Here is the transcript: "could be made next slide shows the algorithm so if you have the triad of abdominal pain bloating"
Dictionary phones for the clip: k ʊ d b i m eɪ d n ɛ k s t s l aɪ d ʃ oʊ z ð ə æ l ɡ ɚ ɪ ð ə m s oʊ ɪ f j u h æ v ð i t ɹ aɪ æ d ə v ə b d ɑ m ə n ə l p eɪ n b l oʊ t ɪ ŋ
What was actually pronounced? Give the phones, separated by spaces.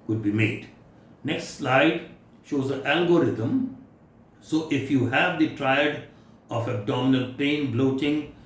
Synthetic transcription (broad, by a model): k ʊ d b i m eɪ d n ɛ k s t s l aɪ d ʃ oʊ z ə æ l ɡ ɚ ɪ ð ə m s oʊ ɪ f j u h æ v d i t ɹ aɪ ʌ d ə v ə b d ɑ m ə n ə l p eɪ n b l oʊ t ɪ ŋ